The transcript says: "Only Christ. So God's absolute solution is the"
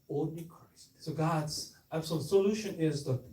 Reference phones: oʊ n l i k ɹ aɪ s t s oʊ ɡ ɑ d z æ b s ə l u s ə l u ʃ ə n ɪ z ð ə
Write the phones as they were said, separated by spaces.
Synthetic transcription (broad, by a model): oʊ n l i k ɹ aɪ s t s oʊ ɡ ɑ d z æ s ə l s ə l u ʃ ə n ɪ z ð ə